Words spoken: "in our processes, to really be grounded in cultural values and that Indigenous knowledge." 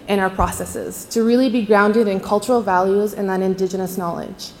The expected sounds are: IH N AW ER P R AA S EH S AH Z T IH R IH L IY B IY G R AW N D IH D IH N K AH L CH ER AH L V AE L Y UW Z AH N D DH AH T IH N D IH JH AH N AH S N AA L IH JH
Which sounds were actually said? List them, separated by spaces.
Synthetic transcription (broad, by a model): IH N AW ER P R AA S EH S AH Z T IH R IH L IY B IY G R AW N D IH D IH N K AH L CH ER L V AE L Y UW Z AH N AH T IH N D IH JH AH N AH S N AA L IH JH